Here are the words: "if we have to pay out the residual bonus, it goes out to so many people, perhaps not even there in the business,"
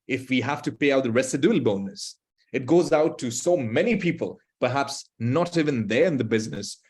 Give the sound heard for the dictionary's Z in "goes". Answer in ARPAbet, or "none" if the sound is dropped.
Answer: Z